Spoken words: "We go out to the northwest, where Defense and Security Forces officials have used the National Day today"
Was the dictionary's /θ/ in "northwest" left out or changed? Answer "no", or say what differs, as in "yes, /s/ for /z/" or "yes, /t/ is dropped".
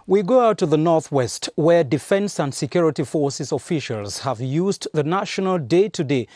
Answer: no